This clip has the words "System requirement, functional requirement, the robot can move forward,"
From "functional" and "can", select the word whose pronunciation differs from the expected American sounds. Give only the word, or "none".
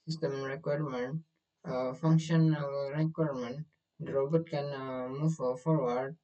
none